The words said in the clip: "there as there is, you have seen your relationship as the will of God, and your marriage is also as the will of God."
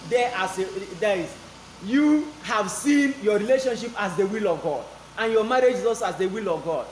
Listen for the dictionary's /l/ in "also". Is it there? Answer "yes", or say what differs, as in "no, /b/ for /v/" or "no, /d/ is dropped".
no, /l/ is dropped